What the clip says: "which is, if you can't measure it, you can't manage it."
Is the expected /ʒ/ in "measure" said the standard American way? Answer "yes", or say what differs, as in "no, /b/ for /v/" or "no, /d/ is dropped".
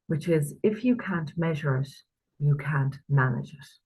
yes